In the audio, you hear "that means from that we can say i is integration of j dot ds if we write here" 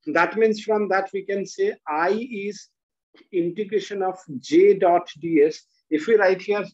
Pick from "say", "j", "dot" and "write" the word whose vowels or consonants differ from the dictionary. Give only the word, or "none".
none